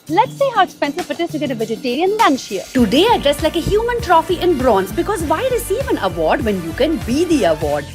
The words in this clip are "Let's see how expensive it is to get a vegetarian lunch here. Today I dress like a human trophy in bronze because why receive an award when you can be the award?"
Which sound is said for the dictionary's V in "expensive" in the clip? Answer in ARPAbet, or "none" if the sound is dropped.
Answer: F